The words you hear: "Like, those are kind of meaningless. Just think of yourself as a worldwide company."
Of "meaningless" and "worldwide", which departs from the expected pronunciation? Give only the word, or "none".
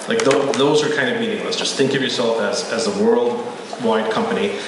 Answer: none